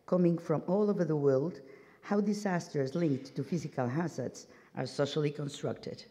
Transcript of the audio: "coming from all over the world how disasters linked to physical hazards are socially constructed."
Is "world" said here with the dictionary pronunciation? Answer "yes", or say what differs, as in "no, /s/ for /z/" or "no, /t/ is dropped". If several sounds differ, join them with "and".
yes